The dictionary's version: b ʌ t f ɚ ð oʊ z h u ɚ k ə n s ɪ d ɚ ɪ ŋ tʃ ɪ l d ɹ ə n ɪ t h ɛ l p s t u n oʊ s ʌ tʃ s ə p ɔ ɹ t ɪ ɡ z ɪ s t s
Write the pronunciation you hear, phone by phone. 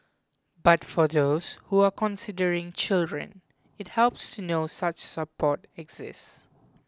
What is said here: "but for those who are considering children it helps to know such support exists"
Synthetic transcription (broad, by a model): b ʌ t f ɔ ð oʊ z h u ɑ k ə n s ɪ d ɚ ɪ ŋ tʃ ɪ l d ɹ ə n ɪ t h ɛ l p s t u n oʊ s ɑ tʃ s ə p ɔ t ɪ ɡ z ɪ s s